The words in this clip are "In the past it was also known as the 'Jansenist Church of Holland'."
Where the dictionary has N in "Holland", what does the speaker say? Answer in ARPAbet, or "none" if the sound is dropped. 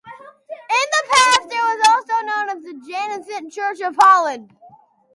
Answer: none